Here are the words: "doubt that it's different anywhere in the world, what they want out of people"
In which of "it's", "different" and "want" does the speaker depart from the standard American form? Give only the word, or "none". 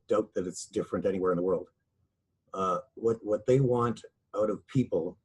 none